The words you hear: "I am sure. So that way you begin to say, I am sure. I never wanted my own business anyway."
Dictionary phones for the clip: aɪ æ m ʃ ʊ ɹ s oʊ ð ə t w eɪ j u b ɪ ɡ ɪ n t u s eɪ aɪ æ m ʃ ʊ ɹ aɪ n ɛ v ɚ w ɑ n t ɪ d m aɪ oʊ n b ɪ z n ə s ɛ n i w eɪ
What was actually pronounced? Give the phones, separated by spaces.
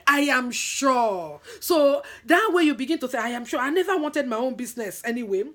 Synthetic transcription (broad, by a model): aɪ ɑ m ʃ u s oʊ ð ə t w eɪ j u b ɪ ɡ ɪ n t u θ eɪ aɪ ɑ m ʃ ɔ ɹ aɪ n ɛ v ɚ w ɑ n t ɪ d m aɪ oʊ n b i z n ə s ɛ n i w eɪ